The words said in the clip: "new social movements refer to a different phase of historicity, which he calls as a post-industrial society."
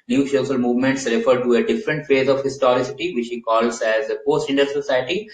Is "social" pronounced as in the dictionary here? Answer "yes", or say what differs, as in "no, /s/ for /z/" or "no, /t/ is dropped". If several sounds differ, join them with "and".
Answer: no, /s/ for /ʃ/